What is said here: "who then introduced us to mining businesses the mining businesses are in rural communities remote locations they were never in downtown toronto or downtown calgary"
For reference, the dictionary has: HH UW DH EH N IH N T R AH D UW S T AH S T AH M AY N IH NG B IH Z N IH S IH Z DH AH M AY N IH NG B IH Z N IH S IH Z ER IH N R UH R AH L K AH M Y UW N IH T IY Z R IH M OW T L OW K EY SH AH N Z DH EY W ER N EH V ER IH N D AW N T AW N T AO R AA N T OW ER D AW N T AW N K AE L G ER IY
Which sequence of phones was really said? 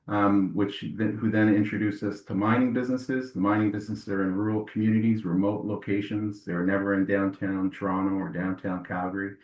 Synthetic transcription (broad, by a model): HH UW DH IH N IH N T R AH D UW S AH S T AH M AY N IH NG B IH Z N IH S IH Z DH AH M AY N IH NG B IH Z N IH S IH Z ER IH N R R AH L K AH M Y UW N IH T IY Z R IH M OW T L OW K EY SH AH N Z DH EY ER N EH V ER IH N D AW N T AW N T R AA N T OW ER D AW N T AW N K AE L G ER IY